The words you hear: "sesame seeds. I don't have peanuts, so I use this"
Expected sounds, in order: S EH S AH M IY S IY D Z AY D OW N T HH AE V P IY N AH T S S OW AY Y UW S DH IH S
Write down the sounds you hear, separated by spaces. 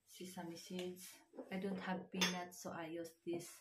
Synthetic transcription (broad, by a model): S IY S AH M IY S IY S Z AY D OW N T HH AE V B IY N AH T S S OW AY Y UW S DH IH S